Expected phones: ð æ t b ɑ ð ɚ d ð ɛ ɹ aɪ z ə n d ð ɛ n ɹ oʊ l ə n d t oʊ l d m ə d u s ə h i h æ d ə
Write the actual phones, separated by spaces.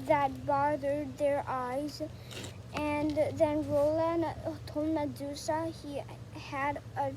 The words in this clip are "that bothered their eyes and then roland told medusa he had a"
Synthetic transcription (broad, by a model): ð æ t b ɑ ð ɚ d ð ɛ ɹ aɪ z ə n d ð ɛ n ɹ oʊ l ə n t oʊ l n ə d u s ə h i h æ d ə